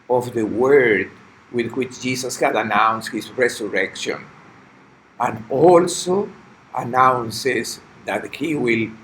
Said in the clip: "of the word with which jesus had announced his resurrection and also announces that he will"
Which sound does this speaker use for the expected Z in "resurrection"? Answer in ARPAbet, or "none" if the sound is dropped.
S